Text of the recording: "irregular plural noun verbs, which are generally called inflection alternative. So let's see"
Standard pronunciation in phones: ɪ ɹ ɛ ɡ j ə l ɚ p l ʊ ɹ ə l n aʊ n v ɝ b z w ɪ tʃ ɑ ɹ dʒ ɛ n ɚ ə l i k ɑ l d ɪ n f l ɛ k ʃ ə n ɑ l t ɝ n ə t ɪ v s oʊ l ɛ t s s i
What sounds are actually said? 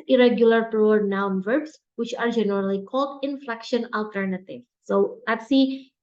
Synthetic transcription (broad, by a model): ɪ ɹ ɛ ɡ j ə l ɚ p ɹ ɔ ə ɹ n aʊ n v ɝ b s w ɪ tʃ ɑ ɹ dʒ ɛ n ɚ ə l i k ɑ l d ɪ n f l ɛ k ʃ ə n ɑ l t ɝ n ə t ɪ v s oʊ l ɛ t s s i